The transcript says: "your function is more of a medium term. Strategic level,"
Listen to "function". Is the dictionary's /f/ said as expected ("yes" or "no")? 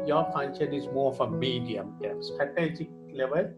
no